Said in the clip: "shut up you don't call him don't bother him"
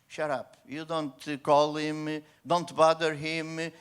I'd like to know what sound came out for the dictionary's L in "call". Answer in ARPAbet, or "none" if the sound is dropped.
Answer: L